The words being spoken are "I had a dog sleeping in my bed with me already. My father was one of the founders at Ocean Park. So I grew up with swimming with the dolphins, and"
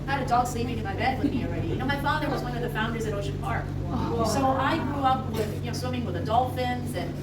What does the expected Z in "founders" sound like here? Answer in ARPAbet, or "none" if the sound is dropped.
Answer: Z